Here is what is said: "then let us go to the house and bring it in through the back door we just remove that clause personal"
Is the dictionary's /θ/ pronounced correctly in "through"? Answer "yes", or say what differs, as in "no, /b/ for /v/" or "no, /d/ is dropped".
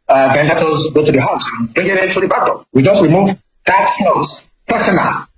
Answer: no, /t/ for /θ/